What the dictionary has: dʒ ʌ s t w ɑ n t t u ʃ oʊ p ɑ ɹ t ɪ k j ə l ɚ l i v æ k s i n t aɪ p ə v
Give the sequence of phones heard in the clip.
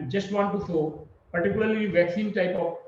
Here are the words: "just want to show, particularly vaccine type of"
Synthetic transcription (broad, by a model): dʒ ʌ s t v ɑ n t t u s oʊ p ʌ ɹ t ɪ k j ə l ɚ l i v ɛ k s i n t aɪ p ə